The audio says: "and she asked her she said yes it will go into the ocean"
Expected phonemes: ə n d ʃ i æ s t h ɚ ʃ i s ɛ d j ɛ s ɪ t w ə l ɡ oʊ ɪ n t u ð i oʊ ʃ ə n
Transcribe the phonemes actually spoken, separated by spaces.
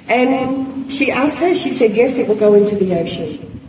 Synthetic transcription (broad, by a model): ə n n ʃ i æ s t h ɚ ʃ i s ɛ d j ɛ s ɪ t w ə l ɡ oʊ ɪ n t u ð i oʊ ʃ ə n